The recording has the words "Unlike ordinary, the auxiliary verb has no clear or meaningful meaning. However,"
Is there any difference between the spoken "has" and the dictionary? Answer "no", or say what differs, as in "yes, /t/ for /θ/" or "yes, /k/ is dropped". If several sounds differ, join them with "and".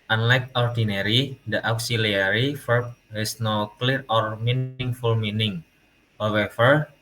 yes, /s/ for /z/